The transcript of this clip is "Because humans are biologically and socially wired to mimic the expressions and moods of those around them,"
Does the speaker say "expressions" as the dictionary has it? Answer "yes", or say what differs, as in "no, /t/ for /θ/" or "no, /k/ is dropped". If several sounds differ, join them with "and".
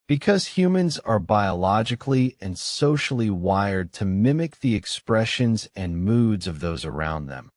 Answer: yes